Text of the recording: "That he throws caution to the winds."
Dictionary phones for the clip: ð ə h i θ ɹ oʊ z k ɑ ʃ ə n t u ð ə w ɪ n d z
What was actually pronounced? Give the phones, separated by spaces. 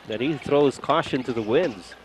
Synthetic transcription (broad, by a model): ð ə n i θ ɹ oʊ z k ɑ ʃ ə n t u ð ə w ɪ n d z